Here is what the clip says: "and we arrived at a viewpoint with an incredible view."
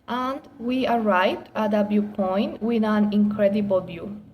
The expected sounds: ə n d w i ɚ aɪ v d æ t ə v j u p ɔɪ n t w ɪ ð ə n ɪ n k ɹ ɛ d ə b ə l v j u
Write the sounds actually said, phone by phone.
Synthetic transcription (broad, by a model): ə n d w i ɚ aɪ v d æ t ə b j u p ɔɪ n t w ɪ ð ə n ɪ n k ɹ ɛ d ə b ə l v j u